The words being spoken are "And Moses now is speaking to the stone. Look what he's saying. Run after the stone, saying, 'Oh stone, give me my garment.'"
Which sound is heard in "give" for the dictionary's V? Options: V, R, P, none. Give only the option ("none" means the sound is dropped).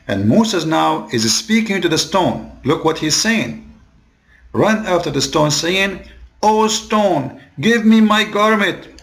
V